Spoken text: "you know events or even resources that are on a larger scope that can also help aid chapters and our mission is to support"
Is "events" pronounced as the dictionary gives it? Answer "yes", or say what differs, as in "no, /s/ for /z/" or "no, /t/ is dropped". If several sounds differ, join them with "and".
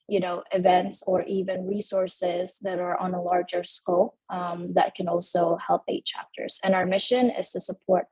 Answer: yes